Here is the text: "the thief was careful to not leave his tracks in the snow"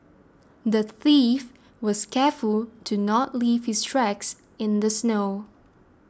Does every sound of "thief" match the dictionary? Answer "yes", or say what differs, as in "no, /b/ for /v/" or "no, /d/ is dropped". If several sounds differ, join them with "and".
yes